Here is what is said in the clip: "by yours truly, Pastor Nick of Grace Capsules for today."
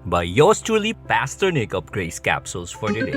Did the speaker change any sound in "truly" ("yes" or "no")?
yes